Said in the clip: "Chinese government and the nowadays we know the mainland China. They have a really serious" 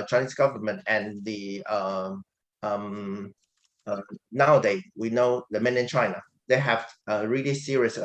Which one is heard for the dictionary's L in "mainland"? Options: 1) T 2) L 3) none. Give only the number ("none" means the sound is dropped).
3